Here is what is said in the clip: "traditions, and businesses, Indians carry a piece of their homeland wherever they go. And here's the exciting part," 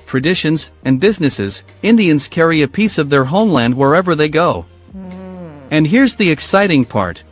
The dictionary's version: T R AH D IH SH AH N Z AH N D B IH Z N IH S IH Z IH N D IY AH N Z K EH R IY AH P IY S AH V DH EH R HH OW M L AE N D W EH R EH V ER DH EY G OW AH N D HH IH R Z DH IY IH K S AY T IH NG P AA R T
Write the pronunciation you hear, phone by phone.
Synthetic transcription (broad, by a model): T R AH D IH SH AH N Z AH N B IH Z N IH S IH Z IH N D IY AH N Z K EH R IY AH P IY S AH V DH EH R HH OW M L AE N D W EH R EH V ER DH EY G OW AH N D HH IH R Z DH IY IH K S AY T IH NG P AA R T